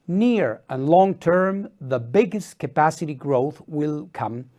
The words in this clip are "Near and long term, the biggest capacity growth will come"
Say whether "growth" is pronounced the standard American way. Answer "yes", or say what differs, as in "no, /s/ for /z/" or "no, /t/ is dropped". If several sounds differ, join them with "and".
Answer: yes